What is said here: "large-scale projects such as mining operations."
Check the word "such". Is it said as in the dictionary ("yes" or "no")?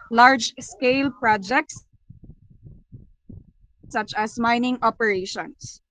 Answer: yes